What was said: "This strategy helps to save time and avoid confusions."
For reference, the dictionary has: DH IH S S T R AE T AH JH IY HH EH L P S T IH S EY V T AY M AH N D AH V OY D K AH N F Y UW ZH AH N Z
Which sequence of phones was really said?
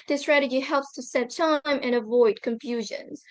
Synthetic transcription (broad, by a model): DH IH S S T R AE T AH JH IY HH EH L P S T IH S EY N T AY M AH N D AH V OY D K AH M F Y UW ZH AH N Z